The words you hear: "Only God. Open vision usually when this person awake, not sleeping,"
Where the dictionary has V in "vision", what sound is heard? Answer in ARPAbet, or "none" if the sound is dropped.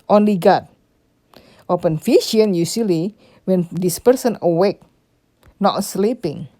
F